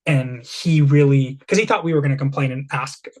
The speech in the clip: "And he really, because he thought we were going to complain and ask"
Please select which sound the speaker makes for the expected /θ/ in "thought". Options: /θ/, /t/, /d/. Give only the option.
/θ/